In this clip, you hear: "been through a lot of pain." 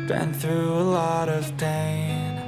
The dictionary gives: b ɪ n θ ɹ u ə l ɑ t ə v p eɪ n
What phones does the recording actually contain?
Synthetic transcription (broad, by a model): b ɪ n θ ɹ u ə l ɑ t ə v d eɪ